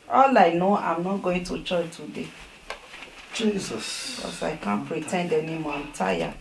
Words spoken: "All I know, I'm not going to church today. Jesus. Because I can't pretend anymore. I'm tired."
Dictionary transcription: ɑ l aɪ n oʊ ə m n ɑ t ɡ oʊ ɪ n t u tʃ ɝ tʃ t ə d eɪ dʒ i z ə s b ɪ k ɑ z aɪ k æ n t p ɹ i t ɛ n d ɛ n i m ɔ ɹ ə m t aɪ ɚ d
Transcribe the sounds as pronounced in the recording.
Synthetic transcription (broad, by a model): ɑ l aɪ n oʊ ə m n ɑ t ɡ oʊ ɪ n t u tʃ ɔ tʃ t ə d eɪ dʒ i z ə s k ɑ s aɪ k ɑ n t p ɹ i t ɛ n d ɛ n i m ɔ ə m t aɪ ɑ